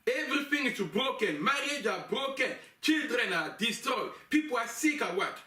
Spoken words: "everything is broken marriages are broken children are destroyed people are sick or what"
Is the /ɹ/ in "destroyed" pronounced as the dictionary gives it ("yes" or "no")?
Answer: no